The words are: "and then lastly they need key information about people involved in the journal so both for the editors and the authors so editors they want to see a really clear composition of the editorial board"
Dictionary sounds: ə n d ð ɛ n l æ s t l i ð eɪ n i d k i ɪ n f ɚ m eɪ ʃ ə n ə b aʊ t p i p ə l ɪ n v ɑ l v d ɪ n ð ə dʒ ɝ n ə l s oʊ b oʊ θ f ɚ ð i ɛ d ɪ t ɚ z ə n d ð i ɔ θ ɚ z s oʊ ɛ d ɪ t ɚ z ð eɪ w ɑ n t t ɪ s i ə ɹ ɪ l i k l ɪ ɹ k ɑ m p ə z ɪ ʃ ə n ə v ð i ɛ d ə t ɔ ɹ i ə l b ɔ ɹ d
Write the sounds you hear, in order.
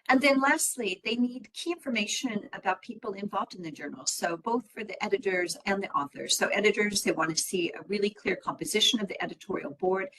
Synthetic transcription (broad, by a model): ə n ð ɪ n l æ s t l i ð eɪ n i d k i ɪ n f ɚ m eɪ ʃ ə n ə b aʊ t p i p l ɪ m v ɑ l v d ɪ n ð ə dʒ ɝ n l s oʊ b oʊ θ f ɚ ð i ɛ d ɪ t ɚ z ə n ð i ɔ θ ɚ z s oʊ ɛ d ɪ t ɚ z ð eɪ w ɑ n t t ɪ s i ə ɹ ɪ l i k l ɪ ɹ k ɑ m p ə z ɪ ʃ ə n ə v ð i ɛ d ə t ɔ ɹ i l b ɔ ɹ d